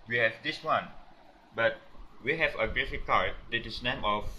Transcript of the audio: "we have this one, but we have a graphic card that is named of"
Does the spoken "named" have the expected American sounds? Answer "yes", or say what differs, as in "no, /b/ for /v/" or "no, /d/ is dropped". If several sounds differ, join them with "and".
no, /d/ is dropped